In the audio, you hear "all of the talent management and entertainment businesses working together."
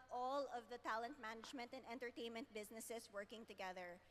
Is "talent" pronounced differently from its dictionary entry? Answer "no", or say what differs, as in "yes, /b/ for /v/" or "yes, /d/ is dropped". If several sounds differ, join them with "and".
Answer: no